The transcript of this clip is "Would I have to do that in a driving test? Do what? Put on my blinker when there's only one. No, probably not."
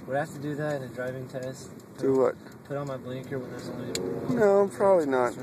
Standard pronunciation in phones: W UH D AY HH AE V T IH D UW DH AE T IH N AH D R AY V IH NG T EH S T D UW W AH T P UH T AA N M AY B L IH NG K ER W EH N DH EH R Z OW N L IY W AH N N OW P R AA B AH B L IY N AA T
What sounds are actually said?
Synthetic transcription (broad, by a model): W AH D HH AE F T IH D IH DH AE T IH N AH D R AY V IH NG T EH S T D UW W AH T P UH T N M AY B L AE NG K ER W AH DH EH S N OW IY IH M P R AA B AH B L IY N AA T